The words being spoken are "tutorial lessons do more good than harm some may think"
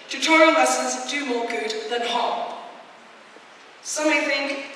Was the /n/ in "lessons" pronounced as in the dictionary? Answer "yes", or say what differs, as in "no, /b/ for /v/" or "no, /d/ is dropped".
no, /l/ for /n/